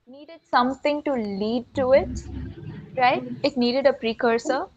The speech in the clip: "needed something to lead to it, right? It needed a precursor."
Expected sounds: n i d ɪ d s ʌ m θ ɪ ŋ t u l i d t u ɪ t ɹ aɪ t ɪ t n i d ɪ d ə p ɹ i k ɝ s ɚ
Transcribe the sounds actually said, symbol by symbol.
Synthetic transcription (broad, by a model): n i d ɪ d s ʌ m t ɪ ŋ t u l i d t u ɪ t ɹ aɪ t ɪ t n i d ɪ d ə p ɹ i k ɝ s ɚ